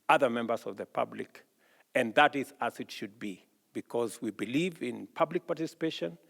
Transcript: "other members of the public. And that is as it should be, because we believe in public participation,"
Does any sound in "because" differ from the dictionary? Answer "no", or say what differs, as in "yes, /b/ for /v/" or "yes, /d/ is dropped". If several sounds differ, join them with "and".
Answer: no